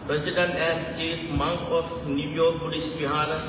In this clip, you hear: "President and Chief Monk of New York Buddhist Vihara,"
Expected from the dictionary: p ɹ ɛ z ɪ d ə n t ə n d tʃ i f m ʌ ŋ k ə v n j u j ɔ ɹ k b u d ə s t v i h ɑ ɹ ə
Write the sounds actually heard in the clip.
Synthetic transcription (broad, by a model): p ɹ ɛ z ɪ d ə n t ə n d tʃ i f m ʌ ŋ k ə f n j u j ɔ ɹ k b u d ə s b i h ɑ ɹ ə